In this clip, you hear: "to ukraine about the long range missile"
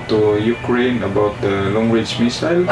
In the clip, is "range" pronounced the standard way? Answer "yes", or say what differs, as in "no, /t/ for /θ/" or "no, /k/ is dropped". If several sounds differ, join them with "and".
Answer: no, /w/ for /ɹ/ and /n/ is dropped